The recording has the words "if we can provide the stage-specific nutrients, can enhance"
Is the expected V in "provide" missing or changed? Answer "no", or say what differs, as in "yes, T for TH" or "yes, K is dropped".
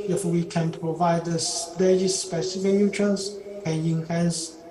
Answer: no